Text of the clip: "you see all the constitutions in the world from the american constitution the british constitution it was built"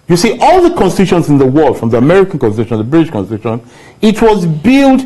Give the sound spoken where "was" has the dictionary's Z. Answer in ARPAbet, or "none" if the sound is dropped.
Z